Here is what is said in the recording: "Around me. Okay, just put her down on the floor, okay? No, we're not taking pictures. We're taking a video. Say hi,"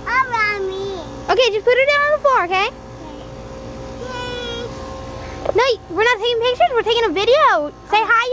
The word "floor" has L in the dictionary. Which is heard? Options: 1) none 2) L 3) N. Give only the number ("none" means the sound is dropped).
1